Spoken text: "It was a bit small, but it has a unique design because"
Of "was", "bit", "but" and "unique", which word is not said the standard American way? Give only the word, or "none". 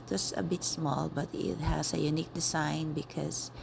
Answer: was